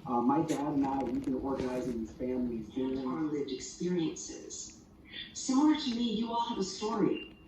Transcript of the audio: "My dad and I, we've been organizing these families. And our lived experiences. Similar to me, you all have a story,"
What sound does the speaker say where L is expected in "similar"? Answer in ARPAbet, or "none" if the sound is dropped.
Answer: none